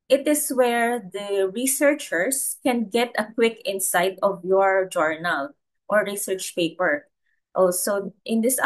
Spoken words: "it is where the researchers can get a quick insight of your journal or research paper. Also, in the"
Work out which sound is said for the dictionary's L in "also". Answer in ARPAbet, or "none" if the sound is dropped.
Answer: none